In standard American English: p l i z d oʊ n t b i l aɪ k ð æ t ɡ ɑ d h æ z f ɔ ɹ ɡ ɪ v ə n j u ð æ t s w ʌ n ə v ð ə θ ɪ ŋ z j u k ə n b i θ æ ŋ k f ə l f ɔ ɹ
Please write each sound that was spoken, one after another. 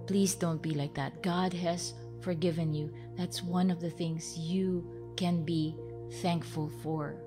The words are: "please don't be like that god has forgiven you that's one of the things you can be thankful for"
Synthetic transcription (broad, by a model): p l i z d oʊ n t b i l aɪ k ð æ t ɡ ɑ d h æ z f ɔ ɹ ɡ ɪ v ə n j u ð æ t s w ʌ n ə v ð ə θ ɪ ŋ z j u k ə n b i θ æ ŋ k f ə l f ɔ ɹ